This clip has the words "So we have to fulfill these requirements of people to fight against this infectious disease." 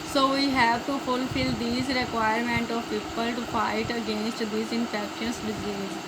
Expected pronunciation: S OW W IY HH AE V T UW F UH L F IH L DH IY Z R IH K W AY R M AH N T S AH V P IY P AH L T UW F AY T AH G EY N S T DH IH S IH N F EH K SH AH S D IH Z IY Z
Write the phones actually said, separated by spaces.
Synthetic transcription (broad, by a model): S OW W IY HH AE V T UW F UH L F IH L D IY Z R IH K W AY R M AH N T AH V P IY P AH L T UW F AY T AH G EY N S T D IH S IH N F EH K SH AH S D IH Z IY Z